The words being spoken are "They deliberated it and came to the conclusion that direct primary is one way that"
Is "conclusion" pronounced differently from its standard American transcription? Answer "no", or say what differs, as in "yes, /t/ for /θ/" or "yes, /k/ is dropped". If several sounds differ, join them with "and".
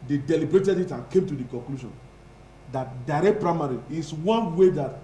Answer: yes, /ʃ/ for /ʒ/